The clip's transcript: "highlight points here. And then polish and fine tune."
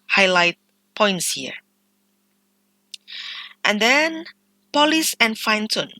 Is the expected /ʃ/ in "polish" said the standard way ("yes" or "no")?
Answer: no